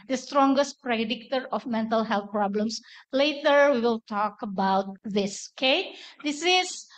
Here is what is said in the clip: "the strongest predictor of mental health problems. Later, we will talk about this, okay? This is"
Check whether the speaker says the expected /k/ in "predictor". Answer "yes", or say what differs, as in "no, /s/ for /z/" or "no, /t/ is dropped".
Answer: yes